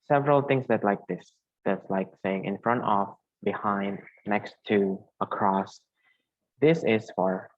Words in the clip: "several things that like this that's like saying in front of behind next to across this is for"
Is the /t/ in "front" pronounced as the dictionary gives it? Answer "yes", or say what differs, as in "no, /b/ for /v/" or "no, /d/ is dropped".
yes